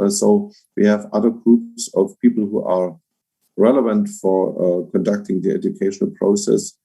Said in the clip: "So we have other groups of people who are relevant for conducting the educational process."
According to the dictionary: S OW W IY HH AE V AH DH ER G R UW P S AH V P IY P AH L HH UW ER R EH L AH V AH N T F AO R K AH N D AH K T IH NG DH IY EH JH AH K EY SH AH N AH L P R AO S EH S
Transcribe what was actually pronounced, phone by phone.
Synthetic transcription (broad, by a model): S OW W IY HH AE V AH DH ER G R UW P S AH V P IY P L HH UW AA R EH L AH V AH N T F AO R K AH N D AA K T IH NG DH IY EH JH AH K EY SH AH N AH L P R AO S EH S